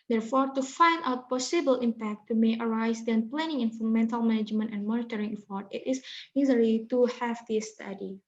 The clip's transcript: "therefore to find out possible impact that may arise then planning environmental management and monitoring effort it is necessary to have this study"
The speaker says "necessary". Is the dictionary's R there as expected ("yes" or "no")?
no